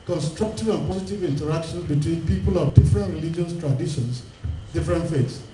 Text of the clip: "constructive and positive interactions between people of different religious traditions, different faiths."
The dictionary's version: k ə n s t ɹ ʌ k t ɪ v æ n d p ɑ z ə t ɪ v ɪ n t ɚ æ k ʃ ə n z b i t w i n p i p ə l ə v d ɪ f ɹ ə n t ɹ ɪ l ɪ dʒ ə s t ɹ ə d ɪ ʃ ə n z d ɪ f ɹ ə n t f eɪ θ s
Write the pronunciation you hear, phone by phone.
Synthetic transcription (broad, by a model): k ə n s t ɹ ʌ k t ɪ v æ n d p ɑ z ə t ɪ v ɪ n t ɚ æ k ʃ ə n b i t w i n p i p ə l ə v d ɪ f ɹ ə n t ɹ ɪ l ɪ dʒ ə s t ɹ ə d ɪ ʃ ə n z d ɪ f ɹ ə n t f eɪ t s